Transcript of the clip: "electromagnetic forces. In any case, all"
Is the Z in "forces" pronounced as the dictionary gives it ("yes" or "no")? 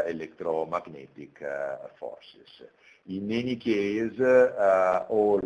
no